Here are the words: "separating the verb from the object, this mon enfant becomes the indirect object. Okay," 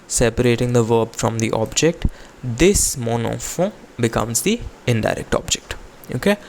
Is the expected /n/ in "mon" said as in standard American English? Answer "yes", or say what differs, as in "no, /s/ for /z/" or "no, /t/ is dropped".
yes